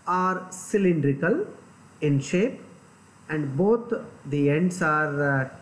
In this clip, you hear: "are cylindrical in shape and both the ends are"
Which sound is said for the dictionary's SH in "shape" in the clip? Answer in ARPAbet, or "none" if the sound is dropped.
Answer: SH